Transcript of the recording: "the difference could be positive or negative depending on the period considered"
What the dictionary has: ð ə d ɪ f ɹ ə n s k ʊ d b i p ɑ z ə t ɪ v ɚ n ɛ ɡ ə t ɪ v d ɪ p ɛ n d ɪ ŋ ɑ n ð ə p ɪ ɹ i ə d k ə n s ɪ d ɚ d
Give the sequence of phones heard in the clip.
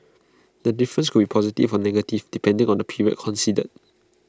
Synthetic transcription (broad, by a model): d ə d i f ɹ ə n s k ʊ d b i p ɑ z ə t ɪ f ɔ n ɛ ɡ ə t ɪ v d ɪ p ɛ n d ɪ ŋ ɑ n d ə p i ɹ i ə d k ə n s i d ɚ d